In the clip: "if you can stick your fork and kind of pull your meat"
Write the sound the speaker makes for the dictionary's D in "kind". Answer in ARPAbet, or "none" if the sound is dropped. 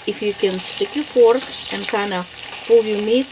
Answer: none